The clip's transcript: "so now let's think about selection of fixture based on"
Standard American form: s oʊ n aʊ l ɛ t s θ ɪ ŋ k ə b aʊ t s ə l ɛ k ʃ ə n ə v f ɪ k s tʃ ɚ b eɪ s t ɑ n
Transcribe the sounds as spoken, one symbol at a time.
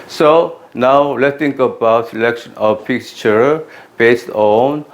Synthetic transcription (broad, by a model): s oʊ n aʊ l ɛ t s t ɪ ŋ k ə b aʊ t s ə l ɛ k ʃ ə n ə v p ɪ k tʃ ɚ b eɪ s t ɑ n